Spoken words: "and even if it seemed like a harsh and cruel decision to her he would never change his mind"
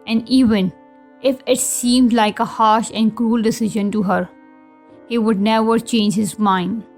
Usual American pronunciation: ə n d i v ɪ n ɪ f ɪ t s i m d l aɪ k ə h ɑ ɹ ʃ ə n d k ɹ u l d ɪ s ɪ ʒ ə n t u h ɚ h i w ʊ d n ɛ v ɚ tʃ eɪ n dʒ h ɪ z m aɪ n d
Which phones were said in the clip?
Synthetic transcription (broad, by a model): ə n d i v ɪ n ɪ f ɪ t s i m d l aɪ k ə h ɑ ɹ ʃ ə n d k ɹ u l d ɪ s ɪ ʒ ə n t u h ɚ h i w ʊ d n ɛ v ɚ tʃ eɪ n dʒ h ɪ z m aɪ n d